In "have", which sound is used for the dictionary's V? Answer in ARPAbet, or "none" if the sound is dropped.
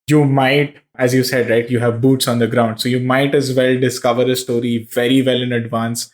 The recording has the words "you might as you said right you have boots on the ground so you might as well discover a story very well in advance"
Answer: V